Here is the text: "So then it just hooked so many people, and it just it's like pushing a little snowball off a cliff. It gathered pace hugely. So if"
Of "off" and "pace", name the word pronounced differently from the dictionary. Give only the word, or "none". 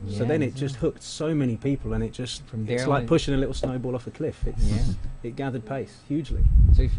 none